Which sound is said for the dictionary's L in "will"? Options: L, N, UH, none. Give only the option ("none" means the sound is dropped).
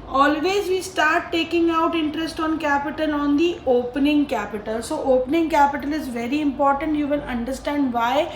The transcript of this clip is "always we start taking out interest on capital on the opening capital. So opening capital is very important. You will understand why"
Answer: N